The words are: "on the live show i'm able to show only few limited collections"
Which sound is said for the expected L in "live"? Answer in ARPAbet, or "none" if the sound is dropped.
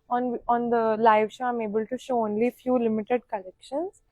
L